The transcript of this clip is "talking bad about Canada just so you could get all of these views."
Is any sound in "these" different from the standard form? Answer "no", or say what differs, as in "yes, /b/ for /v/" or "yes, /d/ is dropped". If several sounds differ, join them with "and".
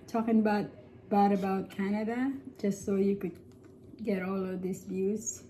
yes, /s/ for /z/